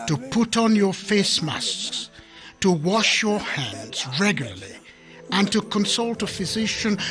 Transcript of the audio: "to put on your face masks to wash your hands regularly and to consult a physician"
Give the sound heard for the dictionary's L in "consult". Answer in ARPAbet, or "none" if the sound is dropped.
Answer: L